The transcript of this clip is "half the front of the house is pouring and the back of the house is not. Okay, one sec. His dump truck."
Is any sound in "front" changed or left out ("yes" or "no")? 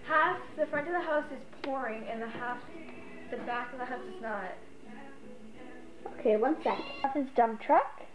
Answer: no